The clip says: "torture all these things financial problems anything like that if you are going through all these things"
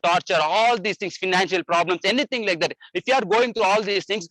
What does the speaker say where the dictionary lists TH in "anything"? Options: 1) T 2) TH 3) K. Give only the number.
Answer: 1